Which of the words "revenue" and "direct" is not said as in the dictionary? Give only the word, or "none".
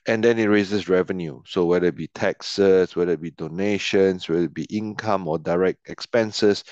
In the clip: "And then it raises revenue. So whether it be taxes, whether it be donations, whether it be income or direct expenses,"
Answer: none